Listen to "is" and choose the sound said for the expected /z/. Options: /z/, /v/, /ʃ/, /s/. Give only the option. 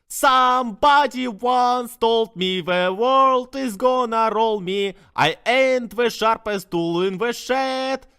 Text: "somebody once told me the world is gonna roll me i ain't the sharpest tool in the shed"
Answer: /z/